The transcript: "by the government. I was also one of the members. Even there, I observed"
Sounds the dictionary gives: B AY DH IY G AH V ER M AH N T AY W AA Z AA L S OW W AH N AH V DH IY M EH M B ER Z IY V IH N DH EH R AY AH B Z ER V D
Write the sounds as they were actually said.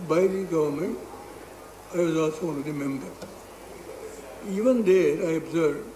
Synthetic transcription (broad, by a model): B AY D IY G AH V ER M AH N T AY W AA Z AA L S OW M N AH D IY M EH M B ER IY V IH N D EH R AY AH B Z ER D